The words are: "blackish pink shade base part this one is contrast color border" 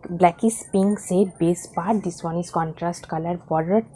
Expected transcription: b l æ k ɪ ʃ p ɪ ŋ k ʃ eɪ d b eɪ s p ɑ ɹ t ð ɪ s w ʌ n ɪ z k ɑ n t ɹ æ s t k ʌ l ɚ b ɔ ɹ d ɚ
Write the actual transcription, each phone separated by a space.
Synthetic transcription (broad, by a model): b l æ k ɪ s p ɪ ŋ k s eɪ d b eɪ s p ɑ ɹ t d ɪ s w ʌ n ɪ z k ɑ n t ɹ æ s t k ʌ l ɚ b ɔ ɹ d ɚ